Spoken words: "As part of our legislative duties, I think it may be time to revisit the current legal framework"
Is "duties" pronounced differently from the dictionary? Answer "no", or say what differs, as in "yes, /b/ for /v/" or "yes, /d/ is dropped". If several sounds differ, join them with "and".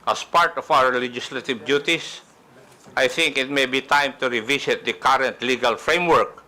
yes, /s/ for /z/